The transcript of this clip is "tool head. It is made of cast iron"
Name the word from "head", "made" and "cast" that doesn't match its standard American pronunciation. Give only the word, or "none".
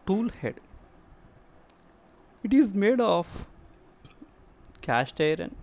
cast